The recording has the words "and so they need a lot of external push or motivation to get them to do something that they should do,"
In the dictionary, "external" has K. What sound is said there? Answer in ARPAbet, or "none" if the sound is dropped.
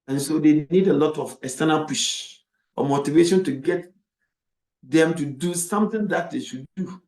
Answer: none